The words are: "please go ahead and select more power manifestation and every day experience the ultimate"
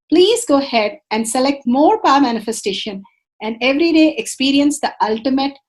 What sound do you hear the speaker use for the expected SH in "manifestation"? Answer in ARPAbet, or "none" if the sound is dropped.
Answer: SH